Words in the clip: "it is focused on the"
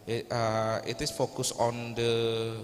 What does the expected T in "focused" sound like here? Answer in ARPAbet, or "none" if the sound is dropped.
none